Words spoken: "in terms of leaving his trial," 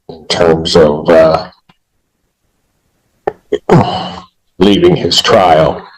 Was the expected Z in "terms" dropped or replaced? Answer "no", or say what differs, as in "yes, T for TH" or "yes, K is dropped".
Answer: no